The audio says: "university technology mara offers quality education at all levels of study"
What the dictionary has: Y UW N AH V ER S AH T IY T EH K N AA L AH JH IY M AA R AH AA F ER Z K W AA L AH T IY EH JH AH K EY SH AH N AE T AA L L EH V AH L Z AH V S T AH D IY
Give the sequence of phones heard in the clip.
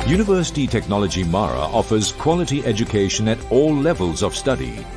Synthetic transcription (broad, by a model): Y UW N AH V ER S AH T IY T EH K N AA L AH JH IY M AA R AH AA F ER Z K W AA L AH T IY EH JH AH K EY SH AH N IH T AA L L EH V AH L Z AH V S T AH D IY